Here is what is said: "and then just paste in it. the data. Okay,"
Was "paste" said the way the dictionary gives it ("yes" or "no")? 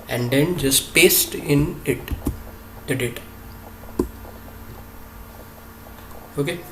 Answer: yes